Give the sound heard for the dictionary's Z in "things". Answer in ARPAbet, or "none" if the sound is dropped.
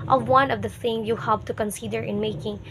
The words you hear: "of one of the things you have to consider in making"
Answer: none